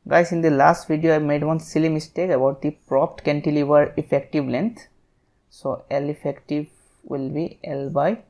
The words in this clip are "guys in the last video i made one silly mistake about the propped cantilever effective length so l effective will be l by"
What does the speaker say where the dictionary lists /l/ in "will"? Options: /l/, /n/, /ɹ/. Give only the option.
/l/